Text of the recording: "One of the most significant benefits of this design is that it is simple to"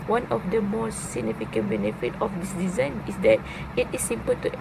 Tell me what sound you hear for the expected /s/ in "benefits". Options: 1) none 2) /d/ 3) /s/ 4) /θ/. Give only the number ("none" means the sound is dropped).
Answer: 1